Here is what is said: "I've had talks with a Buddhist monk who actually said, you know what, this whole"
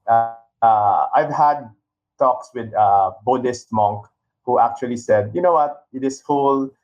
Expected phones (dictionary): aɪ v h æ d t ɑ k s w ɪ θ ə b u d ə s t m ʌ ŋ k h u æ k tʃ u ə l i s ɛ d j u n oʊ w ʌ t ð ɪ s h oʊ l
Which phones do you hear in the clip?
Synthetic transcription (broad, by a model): aɪ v h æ d t ɑ k s w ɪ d ə b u d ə s t m ʌ ŋ k h u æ k tʃ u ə l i s ɛ d j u n oʊ w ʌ t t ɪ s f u l